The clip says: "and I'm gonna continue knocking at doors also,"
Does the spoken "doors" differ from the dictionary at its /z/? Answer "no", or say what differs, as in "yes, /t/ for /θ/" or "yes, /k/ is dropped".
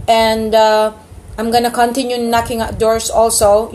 yes, /s/ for /z/